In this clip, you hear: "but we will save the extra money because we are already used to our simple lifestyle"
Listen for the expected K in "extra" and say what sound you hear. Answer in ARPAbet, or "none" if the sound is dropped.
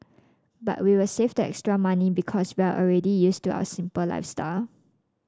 K